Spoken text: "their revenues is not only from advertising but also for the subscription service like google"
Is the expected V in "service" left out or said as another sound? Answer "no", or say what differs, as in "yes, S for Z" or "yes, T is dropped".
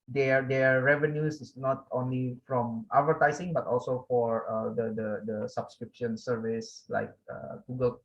no